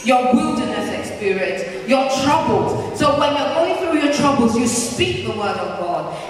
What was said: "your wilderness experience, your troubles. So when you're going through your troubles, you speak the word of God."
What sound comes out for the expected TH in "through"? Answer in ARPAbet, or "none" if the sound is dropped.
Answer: TH